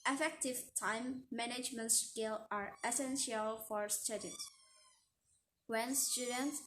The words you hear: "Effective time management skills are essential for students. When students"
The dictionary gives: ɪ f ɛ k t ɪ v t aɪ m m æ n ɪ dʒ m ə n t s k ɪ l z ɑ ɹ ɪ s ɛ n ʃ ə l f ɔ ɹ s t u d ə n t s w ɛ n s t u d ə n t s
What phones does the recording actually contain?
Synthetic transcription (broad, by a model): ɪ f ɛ k t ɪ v t aɪ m m æ n ɪ dʒ m ə n t s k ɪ l ɑ ɹ ɪ s ɛ n ʃ ə l f ɔ ɹ s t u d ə t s w ɛ n s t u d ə n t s